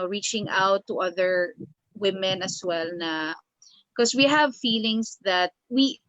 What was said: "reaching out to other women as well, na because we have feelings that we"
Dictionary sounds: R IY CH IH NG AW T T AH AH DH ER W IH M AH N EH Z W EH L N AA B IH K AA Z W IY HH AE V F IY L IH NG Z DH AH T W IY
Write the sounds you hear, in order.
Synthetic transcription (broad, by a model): R IY CH IH NG AW T T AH AH DH ER W IH M AH N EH S W EH L N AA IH K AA S W IY HH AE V F IY L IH NG S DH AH T W IY